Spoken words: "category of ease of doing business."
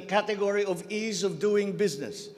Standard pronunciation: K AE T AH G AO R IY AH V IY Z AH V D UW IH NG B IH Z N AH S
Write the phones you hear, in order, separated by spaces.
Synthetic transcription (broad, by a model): K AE T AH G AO R IY AH V IY Z AH V D UW IH NG B IH Z N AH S